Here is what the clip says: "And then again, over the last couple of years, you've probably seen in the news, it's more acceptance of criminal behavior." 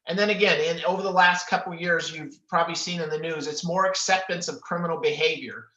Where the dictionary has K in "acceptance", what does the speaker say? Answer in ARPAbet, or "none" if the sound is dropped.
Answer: K